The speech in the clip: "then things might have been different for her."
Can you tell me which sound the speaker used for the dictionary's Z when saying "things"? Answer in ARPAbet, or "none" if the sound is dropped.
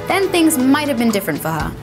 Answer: Z